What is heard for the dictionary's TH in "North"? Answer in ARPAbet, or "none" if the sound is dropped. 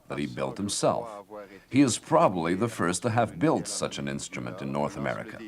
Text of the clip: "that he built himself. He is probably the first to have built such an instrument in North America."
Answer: TH